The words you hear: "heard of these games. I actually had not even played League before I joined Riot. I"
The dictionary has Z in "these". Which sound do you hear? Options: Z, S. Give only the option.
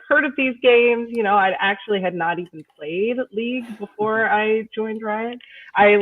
Z